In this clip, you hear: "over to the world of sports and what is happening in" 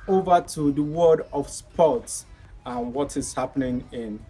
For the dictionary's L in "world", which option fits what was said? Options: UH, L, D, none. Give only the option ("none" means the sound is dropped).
none